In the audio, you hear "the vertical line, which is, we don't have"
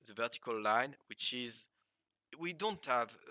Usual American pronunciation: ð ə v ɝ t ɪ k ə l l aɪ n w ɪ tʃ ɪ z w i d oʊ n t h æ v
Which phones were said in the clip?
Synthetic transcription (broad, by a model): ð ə v ɝ t ɪ k ə l l aɪ n w ɪ tʃ ɪ z w i d oʊ n t h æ v